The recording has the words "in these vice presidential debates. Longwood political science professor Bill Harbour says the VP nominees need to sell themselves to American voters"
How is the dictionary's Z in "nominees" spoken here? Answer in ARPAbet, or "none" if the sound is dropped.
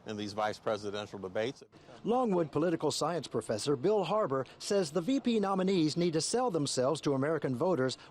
Z